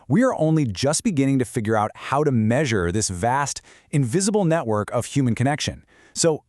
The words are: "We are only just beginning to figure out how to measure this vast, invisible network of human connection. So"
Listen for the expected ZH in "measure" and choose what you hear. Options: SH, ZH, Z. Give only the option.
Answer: ZH